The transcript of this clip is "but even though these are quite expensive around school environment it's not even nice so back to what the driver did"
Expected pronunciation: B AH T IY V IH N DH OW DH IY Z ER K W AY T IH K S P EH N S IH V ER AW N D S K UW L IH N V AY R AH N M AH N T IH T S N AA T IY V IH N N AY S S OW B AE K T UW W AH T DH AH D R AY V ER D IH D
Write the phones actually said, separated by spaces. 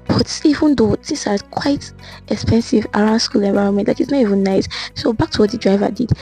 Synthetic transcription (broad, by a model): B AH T IY V IH N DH OW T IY S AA K W AY T IH K S P EH N S IH V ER AW N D S K UW L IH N V AY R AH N M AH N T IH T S N AA T IY V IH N N AY S S OW B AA K T UW W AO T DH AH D R AY V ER D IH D